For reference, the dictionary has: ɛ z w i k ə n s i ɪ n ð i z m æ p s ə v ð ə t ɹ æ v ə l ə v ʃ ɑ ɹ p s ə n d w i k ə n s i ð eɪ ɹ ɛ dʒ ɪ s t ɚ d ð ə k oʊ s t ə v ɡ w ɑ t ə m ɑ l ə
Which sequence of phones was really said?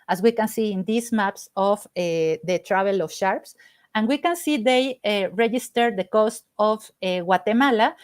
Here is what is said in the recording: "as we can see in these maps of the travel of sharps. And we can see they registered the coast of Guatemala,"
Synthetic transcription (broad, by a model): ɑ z w i k ə n s i ɪ n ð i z m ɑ p s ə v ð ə t ɹ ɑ b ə l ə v ʃ ɑ ɹ p s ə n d w i k ə n s i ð eɪ ɹ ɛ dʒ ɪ s t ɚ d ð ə k oʊ s t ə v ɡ w ɑ t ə m ɑ l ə